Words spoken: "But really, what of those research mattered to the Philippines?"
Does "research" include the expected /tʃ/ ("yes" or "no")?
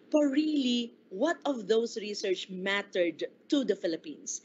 yes